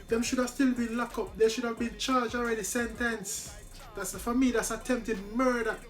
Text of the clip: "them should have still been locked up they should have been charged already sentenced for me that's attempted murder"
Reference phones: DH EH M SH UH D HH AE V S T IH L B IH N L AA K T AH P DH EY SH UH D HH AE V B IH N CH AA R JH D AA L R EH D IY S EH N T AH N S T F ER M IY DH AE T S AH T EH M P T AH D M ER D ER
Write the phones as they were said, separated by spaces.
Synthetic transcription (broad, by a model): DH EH M SH UH D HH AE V S T IH L B IH N L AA K AH P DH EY SH UH D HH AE V B IH N CH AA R JH AA L R EH D IY S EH N T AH N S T F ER M IY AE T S AH T EH M P T AH D M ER D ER